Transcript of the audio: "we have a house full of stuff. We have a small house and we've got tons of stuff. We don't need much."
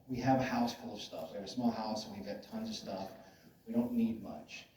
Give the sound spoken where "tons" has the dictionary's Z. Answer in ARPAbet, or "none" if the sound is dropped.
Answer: Z